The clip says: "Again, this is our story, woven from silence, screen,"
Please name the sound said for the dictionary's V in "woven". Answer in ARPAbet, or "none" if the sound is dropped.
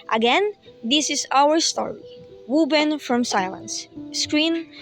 B